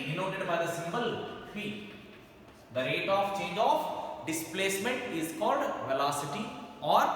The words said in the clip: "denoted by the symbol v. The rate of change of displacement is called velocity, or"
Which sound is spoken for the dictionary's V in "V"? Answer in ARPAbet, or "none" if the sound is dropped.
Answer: F